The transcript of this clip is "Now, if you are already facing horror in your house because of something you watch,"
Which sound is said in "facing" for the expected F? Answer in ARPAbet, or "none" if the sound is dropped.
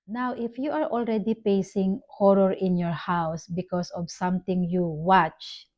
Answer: P